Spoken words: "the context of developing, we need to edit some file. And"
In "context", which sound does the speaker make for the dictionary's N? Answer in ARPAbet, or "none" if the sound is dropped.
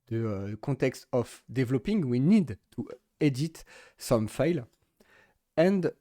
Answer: none